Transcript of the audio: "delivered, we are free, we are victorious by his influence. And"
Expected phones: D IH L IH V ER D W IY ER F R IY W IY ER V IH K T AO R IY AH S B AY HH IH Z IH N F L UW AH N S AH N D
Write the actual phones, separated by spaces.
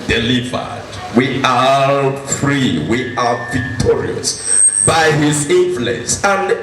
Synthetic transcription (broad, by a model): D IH L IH V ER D W IY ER F R IY W IY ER V IH K T AO R IY AH S B AY HH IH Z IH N F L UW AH N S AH N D